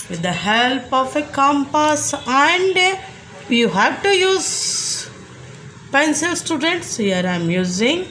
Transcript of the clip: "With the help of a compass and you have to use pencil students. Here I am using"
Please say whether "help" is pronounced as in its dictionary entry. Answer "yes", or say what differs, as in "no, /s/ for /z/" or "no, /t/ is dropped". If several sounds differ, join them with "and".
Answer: yes